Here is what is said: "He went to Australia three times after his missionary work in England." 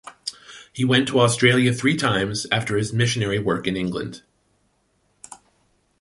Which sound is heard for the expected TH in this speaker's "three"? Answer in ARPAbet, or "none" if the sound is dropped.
TH